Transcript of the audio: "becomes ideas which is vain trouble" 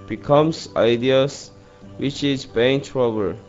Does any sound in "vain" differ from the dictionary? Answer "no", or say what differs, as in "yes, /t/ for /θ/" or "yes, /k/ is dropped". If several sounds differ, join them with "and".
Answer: yes, /b/ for /v/